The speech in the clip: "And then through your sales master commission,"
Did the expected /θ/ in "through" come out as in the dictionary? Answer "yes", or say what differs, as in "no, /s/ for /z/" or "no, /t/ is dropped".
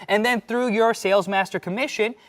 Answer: yes